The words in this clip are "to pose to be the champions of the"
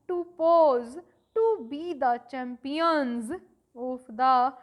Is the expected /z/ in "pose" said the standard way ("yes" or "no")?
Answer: yes